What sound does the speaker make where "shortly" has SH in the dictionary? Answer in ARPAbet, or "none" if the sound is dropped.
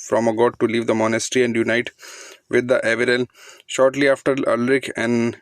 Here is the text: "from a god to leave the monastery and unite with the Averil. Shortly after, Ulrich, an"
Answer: SH